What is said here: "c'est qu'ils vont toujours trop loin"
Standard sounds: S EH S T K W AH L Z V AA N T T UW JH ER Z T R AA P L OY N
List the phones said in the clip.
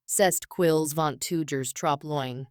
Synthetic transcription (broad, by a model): S EH S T K W AH L Z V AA N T T UW JH ER Z T R AA P L OY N